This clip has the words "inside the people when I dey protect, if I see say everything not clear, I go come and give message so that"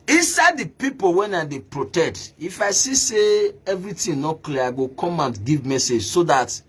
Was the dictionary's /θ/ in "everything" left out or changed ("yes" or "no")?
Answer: yes